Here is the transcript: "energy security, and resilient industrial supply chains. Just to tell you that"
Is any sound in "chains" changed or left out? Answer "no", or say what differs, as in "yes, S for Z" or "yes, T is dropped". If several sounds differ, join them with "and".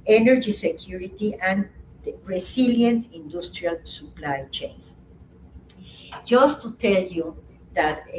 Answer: yes, S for Z